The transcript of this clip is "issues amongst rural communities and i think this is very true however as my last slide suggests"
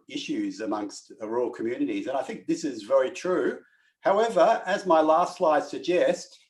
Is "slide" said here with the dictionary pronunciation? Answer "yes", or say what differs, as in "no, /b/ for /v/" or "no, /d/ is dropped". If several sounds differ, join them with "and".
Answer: yes